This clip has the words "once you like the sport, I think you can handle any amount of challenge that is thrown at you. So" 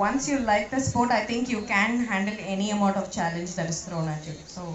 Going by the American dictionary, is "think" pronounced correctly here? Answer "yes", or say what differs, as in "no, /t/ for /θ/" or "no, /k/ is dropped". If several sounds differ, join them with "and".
no, /t/ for /θ/